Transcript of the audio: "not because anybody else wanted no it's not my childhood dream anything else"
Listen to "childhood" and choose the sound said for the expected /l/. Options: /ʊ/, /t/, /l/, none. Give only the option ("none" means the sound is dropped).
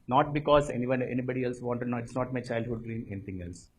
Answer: /l/